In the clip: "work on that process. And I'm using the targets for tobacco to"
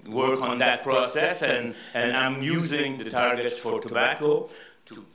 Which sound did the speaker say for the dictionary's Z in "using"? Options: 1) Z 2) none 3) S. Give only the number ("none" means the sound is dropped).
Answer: 1